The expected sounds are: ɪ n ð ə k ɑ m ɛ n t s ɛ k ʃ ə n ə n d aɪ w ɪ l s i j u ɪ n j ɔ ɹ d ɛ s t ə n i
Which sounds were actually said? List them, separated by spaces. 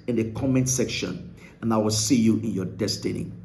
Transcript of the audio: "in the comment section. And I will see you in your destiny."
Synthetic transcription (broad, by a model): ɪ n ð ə k ɑ m ɛ n t s ɛ k ʃ ə n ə n aɪ w ɪ l s i j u ɪ n j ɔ d ɛ s t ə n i